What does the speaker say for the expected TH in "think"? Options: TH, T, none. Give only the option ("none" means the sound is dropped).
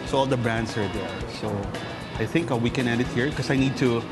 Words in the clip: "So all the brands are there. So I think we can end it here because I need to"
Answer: TH